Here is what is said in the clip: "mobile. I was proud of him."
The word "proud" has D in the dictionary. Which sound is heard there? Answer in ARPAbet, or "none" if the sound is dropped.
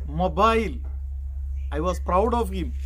D